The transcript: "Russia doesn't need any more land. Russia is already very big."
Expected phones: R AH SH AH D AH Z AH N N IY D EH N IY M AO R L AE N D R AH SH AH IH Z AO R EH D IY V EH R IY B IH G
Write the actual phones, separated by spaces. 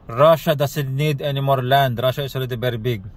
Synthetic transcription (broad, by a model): R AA SH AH D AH S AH L N IY D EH N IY M AO R L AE N D R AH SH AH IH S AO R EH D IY B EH R B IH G